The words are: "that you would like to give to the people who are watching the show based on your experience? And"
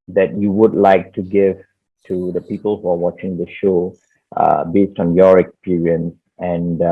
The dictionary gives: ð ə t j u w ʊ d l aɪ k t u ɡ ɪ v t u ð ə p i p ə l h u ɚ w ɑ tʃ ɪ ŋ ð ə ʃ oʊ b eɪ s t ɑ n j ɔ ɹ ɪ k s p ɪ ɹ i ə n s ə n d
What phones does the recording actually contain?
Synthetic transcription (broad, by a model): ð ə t j u w ʊ d l aɪ k t u ɡ ɪ v t u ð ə p i p ə l h u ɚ w ɑ tʃ ɪ ŋ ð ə ʃ oʊ b eɪ s t ɑ n j ɔ ɹ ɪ k s p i ɹ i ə n s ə n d